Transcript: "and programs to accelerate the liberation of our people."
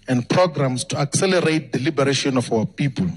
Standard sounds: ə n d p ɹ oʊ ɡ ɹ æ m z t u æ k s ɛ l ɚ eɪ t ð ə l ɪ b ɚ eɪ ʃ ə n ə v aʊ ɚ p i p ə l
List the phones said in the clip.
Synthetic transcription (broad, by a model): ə n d p ɹ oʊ ɡ ɹ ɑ m s t u æ k s ɛ l ɚ eɪ t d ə l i b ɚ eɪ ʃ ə n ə f aʊ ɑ p i p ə l